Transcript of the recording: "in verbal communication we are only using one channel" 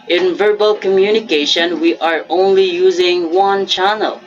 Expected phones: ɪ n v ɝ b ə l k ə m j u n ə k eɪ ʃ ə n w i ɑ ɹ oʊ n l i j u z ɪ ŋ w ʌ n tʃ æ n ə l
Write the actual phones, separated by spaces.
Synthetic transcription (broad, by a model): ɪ n v ɝ b ə l k ə m j u n ə k eɪ ʃ ə n w i ɑ ɹ oʊ n l i j u z ɪ ŋ w ʌ n tʃ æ n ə l